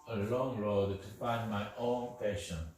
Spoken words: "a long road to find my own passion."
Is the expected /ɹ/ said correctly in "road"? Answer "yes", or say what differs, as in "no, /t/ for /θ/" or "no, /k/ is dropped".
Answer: yes